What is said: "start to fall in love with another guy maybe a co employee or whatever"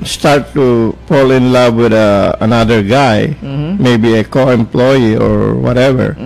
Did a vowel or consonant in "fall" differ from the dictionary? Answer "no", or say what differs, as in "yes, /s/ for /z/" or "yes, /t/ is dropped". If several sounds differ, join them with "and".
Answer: yes, /p/ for /f/